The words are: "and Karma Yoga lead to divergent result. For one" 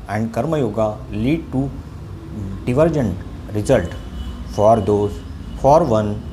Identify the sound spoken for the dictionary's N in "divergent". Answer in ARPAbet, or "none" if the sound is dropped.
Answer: N